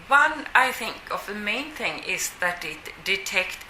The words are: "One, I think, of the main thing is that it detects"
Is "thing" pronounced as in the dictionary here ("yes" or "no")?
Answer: yes